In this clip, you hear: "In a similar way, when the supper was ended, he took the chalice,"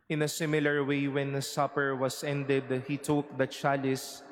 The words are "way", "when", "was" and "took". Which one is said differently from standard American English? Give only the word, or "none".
was